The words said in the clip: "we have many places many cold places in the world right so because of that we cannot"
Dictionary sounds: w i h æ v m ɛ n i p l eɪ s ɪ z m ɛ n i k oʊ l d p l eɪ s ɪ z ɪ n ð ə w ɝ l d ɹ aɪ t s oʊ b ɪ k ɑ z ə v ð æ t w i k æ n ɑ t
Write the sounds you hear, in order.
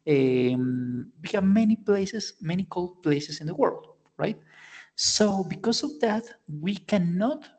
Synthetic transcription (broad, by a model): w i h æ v m ɛ n i p l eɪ s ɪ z m ɛ n i k oʊ l d p l eɪ s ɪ s ɪ n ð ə w ɝ l d ɹ aɪ t s oʊ b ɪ k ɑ s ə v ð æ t w i k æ n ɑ t